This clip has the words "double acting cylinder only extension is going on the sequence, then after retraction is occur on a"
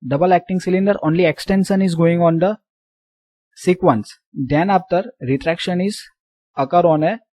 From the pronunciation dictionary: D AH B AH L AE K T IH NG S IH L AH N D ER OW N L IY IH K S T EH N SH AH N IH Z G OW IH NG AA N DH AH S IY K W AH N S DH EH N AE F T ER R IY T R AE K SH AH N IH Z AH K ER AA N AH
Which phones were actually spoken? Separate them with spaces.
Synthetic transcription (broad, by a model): D AH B AH L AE K T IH NG S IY L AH N D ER OW N L IY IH K S T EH N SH AH N IH Z G OW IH NG AA N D AH S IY K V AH N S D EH N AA P T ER R IY T R AE K SH AH N IH Z AH K ER AA N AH